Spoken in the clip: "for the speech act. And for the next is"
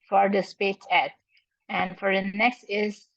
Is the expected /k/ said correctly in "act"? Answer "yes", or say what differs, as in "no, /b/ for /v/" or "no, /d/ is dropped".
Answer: no, /k/ is dropped